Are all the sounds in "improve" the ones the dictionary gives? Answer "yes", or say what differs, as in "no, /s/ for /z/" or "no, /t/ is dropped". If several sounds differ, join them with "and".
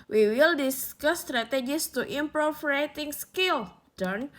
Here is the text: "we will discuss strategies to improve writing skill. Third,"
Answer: no, /f/ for /v/